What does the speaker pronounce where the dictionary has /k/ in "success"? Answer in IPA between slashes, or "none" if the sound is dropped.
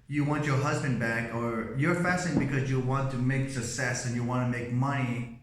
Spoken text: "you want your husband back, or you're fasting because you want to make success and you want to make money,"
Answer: none